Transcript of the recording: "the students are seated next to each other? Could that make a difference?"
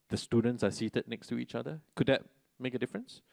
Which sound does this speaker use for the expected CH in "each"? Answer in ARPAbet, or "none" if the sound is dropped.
CH